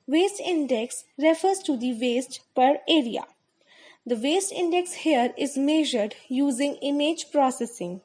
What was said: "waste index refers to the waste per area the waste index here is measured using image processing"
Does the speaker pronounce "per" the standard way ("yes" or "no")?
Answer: yes